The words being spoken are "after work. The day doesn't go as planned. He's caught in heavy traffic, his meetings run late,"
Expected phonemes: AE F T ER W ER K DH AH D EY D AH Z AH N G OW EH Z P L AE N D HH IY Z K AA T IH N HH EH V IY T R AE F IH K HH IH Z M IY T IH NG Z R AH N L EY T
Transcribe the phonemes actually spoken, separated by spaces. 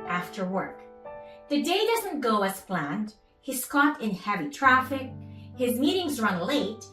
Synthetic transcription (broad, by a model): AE F T ER W ER K DH AH D EY D AH Z AH N G OW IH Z P L AE N D HH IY S K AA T IH N HH EH V IY T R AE F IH K HH IH Z M IY T IH NG Z R AH N L EY T